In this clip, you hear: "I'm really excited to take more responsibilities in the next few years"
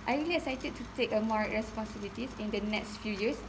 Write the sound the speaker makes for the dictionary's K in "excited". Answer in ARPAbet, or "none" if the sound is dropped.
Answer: none